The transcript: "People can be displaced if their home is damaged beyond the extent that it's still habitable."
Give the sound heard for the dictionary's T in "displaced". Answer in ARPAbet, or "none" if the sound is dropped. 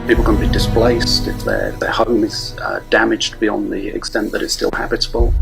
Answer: T